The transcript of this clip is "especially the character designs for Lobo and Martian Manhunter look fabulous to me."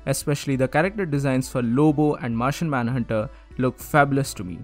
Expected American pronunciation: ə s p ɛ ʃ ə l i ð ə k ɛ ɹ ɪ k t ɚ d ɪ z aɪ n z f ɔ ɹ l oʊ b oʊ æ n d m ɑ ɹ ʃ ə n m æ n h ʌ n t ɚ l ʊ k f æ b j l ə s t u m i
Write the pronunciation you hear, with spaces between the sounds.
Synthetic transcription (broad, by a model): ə s p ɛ ʃ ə l i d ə k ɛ ɹ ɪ k t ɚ d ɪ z aɪ n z f ɔ ɹ l oʊ b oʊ æ n d m ɑ ɹ ʃ ə n m æ n h ʌ n t ɚ l ʊ k f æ b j l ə s t u m i